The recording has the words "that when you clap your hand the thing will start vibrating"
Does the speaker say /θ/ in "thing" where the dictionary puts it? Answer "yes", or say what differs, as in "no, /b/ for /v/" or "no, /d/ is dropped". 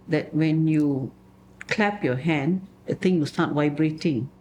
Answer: no, /t/ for /θ/